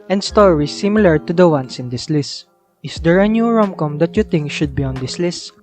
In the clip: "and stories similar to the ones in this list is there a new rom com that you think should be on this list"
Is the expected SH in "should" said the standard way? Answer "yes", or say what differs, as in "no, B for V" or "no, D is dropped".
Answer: yes